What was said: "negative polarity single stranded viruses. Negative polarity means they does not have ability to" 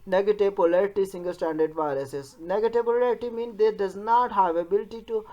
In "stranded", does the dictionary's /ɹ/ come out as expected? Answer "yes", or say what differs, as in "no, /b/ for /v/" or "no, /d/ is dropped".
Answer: no, /ɹ/ is dropped